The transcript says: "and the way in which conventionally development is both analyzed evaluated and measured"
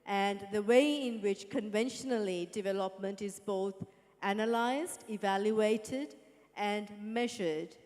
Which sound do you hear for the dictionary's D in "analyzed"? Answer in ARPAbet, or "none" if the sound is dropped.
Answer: D